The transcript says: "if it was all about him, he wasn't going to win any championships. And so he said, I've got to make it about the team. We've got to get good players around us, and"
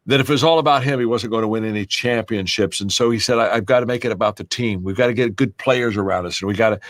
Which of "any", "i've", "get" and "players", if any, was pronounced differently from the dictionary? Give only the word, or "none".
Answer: none